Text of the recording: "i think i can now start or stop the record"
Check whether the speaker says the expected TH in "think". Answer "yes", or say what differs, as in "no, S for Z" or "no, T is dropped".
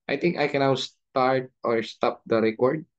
no, T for TH